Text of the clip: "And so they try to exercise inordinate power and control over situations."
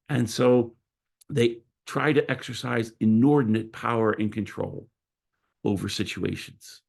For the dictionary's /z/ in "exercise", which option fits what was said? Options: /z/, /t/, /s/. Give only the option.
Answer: /z/